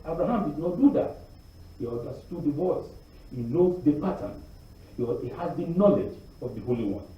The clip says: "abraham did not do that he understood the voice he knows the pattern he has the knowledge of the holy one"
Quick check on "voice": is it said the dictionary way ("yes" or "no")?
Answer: yes